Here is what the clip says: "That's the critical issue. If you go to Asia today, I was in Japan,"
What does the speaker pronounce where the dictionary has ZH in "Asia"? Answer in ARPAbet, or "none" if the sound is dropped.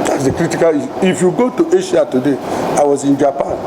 SH